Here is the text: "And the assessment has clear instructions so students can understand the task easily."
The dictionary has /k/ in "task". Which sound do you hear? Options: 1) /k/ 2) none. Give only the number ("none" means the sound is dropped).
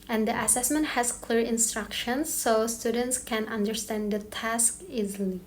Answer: 1